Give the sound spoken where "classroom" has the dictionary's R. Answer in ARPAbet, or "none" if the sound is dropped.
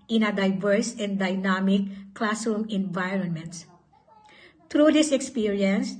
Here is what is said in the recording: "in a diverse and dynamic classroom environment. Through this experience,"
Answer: none